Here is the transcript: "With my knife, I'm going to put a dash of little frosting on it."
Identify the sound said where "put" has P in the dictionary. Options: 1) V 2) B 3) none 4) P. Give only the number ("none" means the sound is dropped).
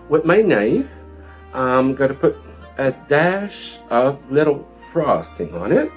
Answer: 4